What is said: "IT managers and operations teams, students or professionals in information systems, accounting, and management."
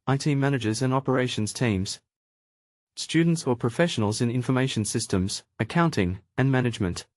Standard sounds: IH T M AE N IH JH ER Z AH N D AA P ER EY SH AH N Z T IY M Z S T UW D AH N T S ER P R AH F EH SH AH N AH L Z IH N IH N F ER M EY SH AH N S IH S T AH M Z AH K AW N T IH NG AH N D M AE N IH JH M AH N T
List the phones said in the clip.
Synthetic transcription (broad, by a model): IH T M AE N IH JH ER Z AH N AA P ER EY SH AH N Z T IY M Z S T UW D N T S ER P R AH F EH SH AH N AH L Z IH N IH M F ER M EY SH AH N S IH S T AH M Z AH K AW N T IH NG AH N M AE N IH JH M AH N T